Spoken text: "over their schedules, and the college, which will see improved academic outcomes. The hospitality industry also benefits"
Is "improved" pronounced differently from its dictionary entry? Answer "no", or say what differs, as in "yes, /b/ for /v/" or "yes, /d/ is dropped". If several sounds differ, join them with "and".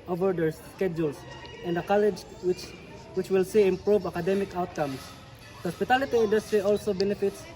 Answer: yes, /d/ is dropped